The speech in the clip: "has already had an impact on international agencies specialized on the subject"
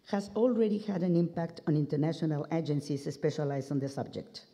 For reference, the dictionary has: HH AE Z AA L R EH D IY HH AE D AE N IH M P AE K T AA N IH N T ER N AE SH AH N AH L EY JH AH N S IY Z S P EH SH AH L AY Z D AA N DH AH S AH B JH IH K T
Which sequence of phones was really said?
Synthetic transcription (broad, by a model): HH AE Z AA L R EH D IY HH AE D AE N IH M P AE K T AA N IH N T ER N AE SH AH N AH L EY JH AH N S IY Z S P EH SH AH L AY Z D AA N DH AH S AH B JH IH K T